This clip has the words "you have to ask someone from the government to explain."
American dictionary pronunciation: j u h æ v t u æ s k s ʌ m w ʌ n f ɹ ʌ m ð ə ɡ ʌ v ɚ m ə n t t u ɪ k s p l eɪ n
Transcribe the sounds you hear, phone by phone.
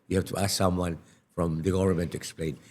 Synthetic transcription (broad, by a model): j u h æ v t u æ s k s ʌ m w ʌ n f ɹ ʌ m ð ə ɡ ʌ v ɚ m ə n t t u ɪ k s p l eɪ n